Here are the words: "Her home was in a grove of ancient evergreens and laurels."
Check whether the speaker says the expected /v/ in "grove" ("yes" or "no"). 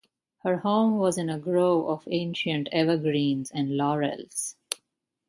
no